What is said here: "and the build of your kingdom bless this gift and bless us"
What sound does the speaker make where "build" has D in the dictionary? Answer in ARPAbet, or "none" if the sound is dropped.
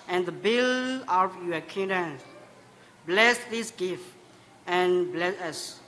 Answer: none